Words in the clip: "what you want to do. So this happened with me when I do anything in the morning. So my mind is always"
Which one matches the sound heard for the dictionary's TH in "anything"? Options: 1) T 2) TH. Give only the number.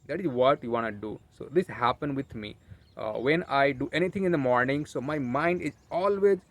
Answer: 1